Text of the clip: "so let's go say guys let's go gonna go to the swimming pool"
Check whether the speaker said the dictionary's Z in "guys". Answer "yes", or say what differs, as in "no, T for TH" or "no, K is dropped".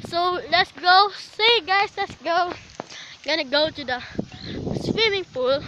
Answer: no, S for Z